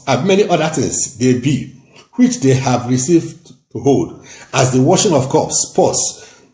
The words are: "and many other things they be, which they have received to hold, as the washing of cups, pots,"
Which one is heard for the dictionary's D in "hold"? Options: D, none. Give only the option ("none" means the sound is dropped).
D